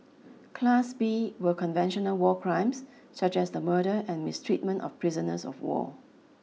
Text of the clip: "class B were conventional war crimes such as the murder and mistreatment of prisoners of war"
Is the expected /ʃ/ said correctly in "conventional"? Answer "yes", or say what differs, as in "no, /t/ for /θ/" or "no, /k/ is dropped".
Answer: yes